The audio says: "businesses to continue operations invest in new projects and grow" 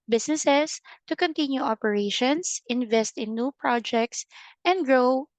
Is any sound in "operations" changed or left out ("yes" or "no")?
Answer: yes